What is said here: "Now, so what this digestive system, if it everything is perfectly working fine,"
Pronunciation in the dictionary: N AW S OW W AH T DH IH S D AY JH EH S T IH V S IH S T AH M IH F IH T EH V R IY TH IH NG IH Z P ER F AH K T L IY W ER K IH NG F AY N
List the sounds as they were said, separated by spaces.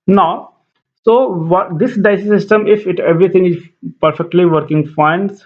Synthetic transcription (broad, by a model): N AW S OW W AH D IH S D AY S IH S IH S T AH M IH F IH T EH V R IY T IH NG IH Z P ER F AH K T L IY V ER K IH NG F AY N